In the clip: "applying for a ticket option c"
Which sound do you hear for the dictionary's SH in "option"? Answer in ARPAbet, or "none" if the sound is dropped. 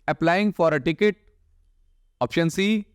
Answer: SH